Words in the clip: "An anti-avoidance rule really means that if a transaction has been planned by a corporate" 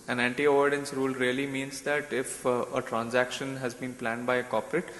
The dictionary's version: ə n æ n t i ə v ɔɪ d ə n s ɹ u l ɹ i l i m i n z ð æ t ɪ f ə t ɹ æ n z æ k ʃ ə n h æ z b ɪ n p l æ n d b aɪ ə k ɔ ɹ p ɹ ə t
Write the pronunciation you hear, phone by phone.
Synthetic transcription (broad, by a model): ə n æ n t i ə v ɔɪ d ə n s ɹ u l ɹ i l i m i n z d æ t ɪ f ə t ɹ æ n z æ k ʃ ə n h æ z b ɪ n p l æ n d b aɪ ə k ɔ p ɹ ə t